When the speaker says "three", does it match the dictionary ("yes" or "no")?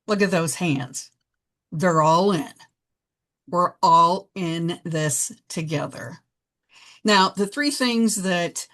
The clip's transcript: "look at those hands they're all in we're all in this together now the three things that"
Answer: yes